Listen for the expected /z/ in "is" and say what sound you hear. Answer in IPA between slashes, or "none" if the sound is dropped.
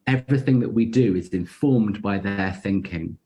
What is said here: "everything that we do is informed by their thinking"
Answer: /z/